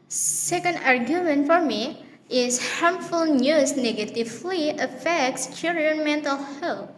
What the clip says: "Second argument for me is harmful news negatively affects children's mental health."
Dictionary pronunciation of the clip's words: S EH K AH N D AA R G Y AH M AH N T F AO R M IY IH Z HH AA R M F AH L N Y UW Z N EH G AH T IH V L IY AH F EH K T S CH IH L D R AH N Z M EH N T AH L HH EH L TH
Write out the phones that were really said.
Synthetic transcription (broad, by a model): S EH K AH N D AA R G Y AH M AH N T F AO R M IY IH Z HH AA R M F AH L N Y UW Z N EH G AH T IH V L IY AH F EH K T S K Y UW R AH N M EH N T AH L HH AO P